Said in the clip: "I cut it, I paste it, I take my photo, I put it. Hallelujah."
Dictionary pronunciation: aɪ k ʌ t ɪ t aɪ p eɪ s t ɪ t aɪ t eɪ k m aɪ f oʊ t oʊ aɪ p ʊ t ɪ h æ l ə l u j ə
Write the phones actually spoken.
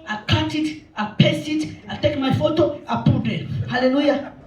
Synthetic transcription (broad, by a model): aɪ k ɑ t ɪ t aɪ p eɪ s ɪ t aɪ t eɪ k m aɪ f oʊ t oʊ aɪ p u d ɪ h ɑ l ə l u j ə